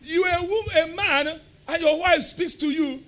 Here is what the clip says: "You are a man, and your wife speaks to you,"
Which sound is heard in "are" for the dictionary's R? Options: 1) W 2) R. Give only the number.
1